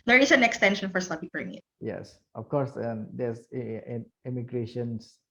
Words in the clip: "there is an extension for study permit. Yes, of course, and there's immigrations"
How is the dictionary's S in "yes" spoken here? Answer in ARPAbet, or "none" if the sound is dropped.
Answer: S